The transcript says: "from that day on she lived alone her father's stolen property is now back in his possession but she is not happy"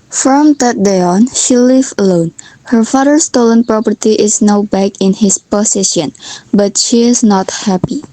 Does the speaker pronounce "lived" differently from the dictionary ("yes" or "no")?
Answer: yes